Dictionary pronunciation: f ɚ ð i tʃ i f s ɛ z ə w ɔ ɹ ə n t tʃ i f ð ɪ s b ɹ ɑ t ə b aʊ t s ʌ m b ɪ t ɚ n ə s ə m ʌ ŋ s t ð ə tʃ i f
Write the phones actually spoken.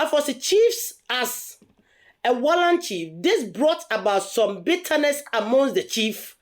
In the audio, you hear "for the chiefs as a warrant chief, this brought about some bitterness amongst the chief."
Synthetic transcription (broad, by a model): f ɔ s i tʃ i f s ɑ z ə w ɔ l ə n tʃ i f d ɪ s b ɹ ɑ t ə b aʊ t s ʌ m b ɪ t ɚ n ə s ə m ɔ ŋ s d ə tʃ i f